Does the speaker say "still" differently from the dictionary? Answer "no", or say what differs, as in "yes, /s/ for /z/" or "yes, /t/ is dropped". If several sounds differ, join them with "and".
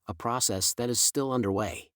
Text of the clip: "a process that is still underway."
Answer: no